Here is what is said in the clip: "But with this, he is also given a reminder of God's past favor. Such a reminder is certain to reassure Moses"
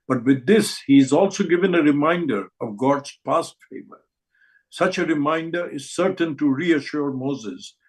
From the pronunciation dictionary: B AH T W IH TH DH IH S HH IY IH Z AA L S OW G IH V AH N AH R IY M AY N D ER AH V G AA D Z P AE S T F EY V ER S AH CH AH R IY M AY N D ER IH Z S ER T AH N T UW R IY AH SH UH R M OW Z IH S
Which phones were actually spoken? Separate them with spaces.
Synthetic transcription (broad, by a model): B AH T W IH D IH S HH IY IH Z AA L S OW G IH V AH N AH R IY M AY N D ER AH V G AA D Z P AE S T F EY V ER S AH CH AH R IY M AY N D ER IH Z S ER T AH N T UW R IY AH SH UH R M OW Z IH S